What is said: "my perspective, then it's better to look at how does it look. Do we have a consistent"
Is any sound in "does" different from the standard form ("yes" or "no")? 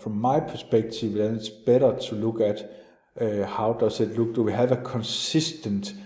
yes